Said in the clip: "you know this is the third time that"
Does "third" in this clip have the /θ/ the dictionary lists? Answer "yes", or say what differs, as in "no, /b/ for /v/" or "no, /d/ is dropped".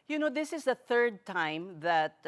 yes